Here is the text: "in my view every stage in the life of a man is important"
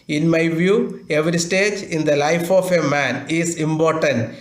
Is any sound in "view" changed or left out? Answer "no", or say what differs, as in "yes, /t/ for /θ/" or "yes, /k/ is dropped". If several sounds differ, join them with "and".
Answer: no